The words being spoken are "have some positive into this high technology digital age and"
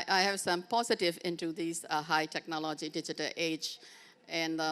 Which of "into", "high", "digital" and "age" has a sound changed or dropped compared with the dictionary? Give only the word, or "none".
none